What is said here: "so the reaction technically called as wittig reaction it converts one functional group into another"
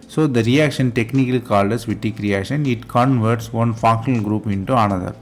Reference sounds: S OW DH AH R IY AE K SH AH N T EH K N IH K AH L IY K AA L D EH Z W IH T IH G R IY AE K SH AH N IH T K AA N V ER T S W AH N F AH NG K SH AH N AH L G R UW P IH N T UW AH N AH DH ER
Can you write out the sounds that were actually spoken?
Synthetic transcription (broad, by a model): S OW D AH R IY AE K SH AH N T EH K N IH K AH L IY K AA L D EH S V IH T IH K R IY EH SH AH N IH T K AA N V ER T S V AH N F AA K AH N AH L G R UW P IH N T UW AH N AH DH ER